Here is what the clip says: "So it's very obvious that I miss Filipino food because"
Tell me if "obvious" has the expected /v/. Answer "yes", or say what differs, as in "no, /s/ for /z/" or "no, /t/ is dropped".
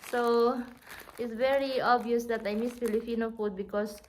no, /v/ is dropped